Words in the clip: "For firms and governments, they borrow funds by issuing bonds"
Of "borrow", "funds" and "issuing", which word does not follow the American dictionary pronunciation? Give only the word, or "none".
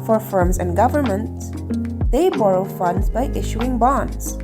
none